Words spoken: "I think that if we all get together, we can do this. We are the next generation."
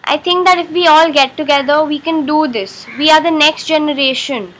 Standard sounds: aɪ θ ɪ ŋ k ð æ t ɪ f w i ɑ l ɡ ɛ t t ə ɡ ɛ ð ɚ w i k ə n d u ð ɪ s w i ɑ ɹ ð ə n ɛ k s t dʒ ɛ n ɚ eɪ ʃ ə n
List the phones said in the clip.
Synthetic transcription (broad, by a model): aɪ t ɪ ŋ k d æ t ɪ f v i ɑ l ɡ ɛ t t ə ɡ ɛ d ɚ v i k ə n d u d ɪ s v i ɑ ɹ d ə n ɛ k s t dʒ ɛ n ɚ eɪ ʃ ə n